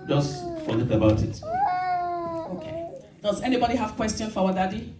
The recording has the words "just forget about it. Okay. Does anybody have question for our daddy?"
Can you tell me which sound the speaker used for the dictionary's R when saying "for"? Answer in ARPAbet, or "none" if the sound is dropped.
W